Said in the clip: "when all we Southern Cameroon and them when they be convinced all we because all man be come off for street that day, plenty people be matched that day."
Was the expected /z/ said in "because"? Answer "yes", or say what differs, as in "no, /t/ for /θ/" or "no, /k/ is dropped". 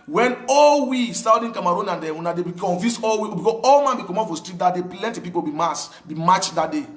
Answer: no, /z/ is dropped